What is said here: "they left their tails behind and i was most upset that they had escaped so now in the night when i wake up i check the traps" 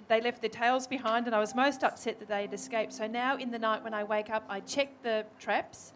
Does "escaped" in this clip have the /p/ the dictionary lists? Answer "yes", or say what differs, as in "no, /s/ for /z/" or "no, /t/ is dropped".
yes